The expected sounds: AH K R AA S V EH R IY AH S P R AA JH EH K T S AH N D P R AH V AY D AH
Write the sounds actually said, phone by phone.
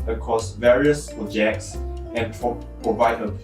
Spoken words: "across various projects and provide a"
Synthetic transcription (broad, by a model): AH K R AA S V EH R IY AH S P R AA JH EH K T S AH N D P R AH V AY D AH